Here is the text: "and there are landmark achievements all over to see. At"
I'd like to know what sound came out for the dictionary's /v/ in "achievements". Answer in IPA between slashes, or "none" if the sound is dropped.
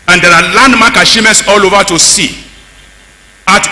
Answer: none